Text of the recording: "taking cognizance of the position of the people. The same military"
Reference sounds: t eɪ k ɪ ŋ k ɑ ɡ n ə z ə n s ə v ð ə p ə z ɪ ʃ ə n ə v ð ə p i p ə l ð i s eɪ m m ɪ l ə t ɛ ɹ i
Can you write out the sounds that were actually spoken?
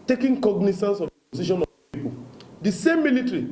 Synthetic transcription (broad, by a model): t eɪ k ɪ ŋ k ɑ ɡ n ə s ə n s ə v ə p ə s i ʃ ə n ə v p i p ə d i s eɪ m m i l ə t ɹ i